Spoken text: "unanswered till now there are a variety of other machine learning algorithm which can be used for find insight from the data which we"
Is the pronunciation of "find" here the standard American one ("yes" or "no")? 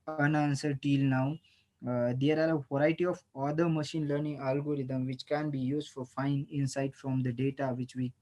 no